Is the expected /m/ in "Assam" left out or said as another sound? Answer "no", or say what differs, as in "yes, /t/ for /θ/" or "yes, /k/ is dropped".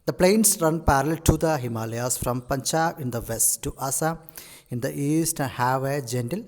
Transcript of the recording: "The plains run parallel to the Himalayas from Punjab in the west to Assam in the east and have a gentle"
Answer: yes, /m/ is dropped